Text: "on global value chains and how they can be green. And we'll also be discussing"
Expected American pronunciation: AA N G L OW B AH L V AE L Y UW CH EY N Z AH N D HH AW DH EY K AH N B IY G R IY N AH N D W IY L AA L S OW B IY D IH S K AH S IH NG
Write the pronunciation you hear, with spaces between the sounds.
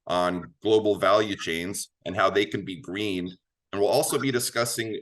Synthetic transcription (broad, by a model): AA N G L OW B L V AE L Y UW CH EY N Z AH N HH AW DH EY K AH N B IY G R IY N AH N W IY L AA L S OW B IY D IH S K AH S IH NG